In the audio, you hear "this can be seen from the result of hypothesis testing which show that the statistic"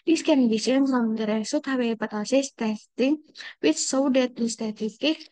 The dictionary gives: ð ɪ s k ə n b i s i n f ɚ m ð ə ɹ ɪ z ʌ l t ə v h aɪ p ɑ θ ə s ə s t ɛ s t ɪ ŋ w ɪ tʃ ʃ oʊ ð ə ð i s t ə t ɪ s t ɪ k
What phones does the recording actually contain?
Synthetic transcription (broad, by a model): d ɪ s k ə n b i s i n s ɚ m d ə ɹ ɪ s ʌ t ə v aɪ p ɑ t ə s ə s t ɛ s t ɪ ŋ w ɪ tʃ s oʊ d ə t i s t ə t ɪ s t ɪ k